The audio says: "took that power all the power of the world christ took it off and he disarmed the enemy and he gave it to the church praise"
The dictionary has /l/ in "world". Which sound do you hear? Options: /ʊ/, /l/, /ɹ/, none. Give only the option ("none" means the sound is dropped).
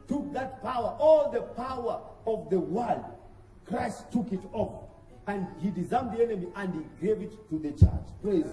/l/